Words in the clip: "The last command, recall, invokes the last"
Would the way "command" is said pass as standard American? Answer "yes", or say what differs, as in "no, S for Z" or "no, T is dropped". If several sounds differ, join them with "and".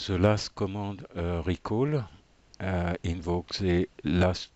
no, N is dropped